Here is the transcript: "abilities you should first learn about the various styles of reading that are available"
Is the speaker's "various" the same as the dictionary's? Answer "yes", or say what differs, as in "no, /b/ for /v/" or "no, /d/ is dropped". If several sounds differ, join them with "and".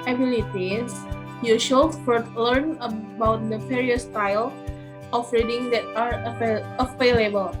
no, /p/ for /v/